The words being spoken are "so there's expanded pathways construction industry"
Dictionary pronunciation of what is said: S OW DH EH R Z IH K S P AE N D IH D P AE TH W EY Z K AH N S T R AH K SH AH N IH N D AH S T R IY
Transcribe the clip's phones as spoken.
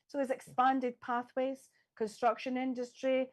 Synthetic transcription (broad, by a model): S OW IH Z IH K S P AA N D IH D P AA TH W EY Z K AH N S T R AH K SH AH N IH N D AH S T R IY